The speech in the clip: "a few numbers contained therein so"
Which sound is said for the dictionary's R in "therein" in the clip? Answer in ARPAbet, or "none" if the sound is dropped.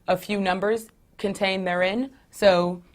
R